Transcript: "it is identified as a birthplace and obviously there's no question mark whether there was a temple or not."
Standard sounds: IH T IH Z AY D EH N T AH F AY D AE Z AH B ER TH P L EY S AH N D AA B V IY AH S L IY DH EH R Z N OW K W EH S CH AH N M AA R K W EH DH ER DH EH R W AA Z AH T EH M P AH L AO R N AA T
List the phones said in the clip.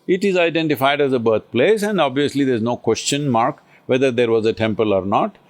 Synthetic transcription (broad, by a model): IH T IH Z AY D EH N T AH F AY D AE Z AH B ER T P L EY S AH N D AA B V IY AH S L IY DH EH R Z N OW K W EH S CH AH N M AA R K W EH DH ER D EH R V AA Z AH T EH M P AH L AO R N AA T